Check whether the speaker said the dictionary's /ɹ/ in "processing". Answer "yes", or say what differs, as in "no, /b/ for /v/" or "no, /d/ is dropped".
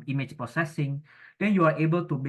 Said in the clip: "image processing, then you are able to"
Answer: no, /ɹ/ is dropped